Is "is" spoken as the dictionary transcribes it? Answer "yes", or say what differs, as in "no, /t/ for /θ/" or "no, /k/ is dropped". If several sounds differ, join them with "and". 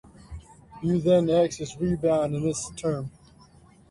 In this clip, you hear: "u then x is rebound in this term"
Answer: no, /s/ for /z/